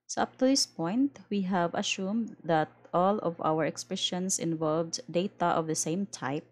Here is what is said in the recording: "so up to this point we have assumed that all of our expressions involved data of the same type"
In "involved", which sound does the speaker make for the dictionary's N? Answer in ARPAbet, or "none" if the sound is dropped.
N